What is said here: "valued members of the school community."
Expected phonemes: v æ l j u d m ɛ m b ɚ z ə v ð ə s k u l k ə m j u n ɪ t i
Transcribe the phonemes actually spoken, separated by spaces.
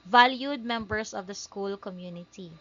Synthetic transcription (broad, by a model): v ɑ l j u d m ɛ m b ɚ s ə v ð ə s k u l k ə m j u n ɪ t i